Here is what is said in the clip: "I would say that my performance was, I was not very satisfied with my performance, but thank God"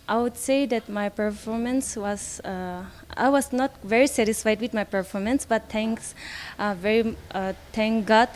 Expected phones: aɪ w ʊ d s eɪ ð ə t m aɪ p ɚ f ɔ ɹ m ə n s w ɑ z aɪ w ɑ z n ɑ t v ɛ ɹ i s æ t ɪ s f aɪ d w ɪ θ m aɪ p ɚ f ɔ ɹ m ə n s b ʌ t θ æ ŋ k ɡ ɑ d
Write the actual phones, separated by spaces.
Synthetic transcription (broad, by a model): aɪ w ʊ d s eɪ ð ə t m aɪ p ɚ f ɔ ɹ m ə n s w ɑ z aɪ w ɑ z n ɑ t v ɛ ɹ i s æ t ɪ s f aɪ d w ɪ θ m aɪ p ɚ f ɔ ɹ m ə n s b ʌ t s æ ŋ k ɡ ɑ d